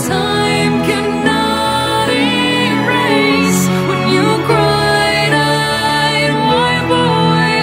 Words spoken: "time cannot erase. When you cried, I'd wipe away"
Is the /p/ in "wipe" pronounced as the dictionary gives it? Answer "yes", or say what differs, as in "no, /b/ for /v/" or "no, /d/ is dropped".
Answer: no, /b/ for /p/